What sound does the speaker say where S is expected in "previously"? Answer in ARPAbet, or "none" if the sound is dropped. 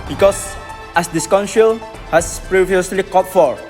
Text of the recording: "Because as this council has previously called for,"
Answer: S